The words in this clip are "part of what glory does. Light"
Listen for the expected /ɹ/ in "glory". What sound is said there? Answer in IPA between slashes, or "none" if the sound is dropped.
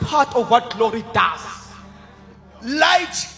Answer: /ɹ/